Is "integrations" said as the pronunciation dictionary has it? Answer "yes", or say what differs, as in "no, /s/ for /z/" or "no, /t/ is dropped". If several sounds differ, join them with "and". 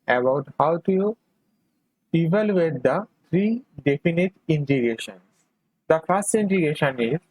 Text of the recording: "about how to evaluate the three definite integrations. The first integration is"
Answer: no, /ɹ/ is dropped